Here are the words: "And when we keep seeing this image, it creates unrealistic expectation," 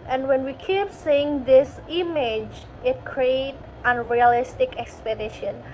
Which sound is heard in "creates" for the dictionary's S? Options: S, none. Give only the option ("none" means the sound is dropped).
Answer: none